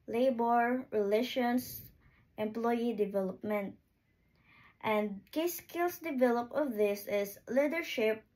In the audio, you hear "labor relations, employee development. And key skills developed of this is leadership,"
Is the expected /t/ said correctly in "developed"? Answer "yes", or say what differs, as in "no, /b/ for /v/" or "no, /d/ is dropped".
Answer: no, /t/ is dropped